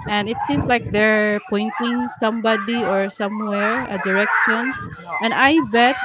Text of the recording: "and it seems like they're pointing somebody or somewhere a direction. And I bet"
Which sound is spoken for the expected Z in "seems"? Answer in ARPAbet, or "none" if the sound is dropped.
S